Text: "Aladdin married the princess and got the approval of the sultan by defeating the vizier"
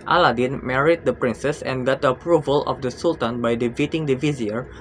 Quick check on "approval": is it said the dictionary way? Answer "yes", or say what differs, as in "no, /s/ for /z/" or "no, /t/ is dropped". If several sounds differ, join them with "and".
yes